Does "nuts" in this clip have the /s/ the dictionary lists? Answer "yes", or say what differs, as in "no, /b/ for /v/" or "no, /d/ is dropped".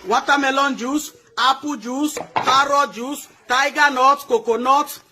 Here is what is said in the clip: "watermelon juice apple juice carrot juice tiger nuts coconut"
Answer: no, /s/ is dropped